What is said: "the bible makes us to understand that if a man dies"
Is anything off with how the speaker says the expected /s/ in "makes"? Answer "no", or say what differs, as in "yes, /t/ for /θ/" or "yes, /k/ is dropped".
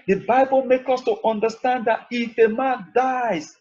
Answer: yes, /s/ is dropped